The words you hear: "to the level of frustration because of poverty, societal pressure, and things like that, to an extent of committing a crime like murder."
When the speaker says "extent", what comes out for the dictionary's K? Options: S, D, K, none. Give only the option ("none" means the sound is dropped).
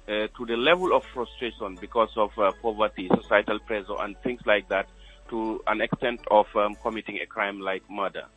K